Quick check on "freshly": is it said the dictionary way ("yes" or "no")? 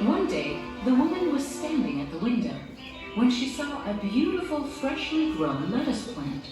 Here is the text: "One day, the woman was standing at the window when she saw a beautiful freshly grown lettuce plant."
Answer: yes